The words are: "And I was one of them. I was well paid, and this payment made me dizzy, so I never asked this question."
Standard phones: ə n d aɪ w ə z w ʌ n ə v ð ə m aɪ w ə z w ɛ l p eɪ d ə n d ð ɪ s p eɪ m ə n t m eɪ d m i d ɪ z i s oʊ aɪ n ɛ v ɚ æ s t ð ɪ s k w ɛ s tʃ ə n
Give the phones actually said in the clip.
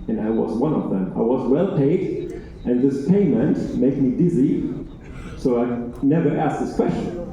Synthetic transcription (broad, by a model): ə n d aɪ w ə z w ʌ n ə v ð ə m aɪ w ə z w ɛ l p eɪ d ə n ð ɪ s p eɪ m ə n t m eɪ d m i d ɪ z i s oʊ aɪ n ɛ v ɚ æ s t ð ɪ s k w ɛ s tʃ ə n